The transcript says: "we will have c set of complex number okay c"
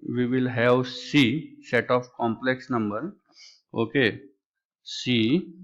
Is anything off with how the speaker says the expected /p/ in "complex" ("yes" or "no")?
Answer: no